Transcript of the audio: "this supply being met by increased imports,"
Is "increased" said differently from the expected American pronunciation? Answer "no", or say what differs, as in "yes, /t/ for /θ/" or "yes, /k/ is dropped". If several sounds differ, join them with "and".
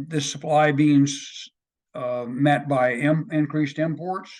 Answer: no